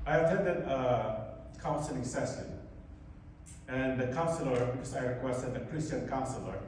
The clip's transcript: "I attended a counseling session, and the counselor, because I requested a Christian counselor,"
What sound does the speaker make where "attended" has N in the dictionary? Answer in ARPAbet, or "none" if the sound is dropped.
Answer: none